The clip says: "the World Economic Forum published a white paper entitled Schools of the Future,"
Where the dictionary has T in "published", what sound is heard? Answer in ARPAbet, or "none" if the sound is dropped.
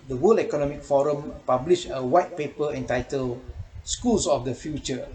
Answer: none